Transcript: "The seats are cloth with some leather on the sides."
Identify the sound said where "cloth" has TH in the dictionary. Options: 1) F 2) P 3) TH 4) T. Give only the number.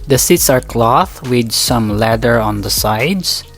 3